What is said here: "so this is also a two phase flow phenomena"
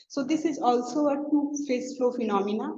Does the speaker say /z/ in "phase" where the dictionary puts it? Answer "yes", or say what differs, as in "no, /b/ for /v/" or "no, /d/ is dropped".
no, /s/ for /z/